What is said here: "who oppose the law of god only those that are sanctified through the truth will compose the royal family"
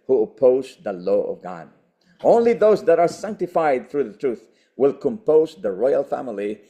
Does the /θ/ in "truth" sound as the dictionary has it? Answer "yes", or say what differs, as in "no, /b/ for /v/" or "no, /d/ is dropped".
yes